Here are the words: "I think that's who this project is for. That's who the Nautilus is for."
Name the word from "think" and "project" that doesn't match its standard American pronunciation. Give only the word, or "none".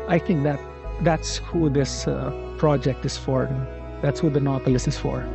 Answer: think